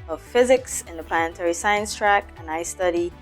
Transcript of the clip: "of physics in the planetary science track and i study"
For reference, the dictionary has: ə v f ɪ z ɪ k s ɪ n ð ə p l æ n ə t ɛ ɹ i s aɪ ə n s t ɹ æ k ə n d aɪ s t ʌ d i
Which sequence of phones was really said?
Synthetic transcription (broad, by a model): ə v f ɪ z ɪ k s ɪ n ð ə p l æ n ə t ɛ ɹ i s aɪ ə n s t ɹ æ k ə n aɪ s t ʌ d i